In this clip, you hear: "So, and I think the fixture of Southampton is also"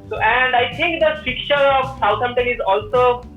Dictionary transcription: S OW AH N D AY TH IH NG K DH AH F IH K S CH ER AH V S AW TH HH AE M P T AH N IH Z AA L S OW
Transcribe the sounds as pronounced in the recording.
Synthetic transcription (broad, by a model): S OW AH N D AY T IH NG K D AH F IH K CH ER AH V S AW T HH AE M T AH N IH Z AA L S OW